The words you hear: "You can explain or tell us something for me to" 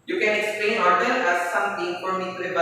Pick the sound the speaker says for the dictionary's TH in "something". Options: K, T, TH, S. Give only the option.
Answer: T